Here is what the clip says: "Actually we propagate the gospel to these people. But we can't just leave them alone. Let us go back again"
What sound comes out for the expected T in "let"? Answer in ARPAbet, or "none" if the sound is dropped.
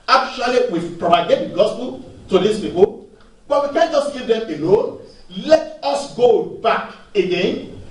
T